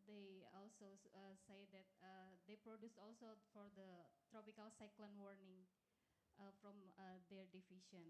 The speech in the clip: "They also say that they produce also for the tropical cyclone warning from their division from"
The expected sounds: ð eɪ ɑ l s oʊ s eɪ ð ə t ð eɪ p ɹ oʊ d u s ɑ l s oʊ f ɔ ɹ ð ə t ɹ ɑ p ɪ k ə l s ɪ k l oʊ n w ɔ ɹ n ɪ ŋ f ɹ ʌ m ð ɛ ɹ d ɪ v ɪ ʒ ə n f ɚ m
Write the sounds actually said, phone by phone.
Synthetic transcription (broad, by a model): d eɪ ɑ l s oʊ s eɪ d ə t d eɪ p ɹ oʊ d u s ɑ l s oʊ f ɔ ɹ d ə t ɹ ɑ p ɪ k ə l s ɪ k l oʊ n w ɔ ɹ n ɪ ŋ f ɹ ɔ m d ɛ ɹ d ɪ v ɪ ʃ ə n